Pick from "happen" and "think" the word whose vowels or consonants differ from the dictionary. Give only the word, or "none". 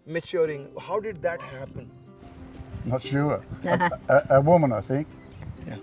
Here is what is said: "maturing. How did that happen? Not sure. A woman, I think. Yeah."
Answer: none